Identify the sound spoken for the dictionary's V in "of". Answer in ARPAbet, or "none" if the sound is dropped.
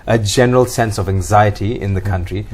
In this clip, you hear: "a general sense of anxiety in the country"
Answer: V